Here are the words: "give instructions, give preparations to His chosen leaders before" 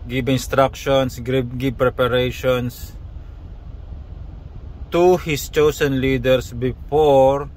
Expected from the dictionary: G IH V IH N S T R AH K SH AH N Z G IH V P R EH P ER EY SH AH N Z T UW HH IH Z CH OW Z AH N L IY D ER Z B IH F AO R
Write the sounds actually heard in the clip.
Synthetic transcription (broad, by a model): G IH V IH N S T R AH K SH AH N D G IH B P R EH P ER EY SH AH N S T UW HH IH S CH OW S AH N L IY D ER S B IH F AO R